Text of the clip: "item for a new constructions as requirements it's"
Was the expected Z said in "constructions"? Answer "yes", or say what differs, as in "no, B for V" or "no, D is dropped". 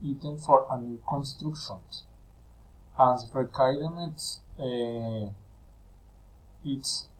no, S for Z